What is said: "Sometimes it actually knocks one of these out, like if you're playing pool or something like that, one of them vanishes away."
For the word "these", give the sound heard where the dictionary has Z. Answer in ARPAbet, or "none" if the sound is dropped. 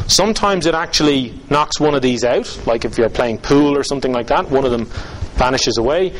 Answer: Z